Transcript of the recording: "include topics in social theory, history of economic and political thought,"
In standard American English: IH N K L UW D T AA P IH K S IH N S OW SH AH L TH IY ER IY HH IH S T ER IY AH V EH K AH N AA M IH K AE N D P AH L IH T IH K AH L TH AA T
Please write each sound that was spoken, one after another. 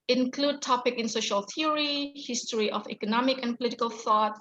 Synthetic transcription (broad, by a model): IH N K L UW D T AA P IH K IH N S OW SH AH L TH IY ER IY HH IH S T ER IY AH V EH K AH N AA M IH K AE N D P AH L IH T IH K AH L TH AA T